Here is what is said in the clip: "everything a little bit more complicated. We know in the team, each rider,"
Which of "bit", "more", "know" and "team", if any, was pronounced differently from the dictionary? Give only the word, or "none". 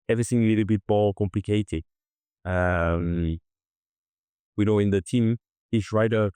more